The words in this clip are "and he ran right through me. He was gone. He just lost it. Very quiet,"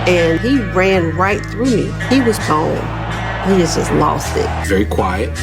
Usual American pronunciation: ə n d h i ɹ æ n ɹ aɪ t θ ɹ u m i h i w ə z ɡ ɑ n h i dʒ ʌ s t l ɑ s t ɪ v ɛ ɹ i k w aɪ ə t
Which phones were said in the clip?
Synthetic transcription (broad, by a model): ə n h i ɹ æ n ɹ aɪ t θ ɹ u m i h i w ə z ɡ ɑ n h i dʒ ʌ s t l ɑ s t ɪ v ɛ ɹ i k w aɪ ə t